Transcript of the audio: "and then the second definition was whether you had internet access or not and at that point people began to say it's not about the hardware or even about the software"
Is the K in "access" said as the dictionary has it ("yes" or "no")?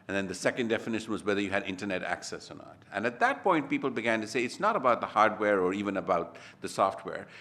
yes